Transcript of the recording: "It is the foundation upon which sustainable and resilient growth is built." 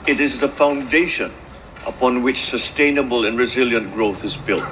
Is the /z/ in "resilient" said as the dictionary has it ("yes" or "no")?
yes